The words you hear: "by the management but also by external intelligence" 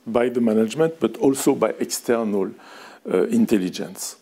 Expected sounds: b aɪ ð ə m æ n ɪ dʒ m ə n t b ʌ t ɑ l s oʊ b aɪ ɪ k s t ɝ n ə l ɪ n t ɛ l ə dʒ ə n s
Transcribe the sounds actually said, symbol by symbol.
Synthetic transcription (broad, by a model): b aɪ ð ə m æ n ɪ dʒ m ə n t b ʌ t ɑ l s oʊ b aɪ ɪ k s t ɝ n ə l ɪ n t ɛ l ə dʒ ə n s